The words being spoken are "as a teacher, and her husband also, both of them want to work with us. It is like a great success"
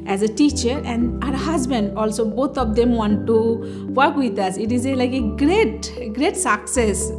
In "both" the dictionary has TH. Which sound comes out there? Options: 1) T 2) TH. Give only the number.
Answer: 1